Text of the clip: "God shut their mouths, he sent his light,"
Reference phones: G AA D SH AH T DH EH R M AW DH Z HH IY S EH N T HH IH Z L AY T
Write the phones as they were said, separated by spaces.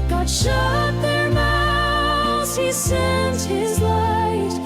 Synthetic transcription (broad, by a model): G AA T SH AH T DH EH R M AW Z HH IY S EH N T HH IH Z L AY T